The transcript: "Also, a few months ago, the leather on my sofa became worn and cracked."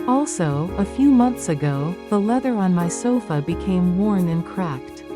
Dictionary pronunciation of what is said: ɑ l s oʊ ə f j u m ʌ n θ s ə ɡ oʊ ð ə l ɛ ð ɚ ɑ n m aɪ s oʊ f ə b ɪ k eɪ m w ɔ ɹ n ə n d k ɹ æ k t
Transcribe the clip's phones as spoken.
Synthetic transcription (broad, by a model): ɑ l s oʊ ə f j u m ʌ n θ s ə ɡ oʊ ð ə l ɛ ð ɚ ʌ n m aɪ s oʊ f ə b ɪ k eɪ m w ɔ ɹ n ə n k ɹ æ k t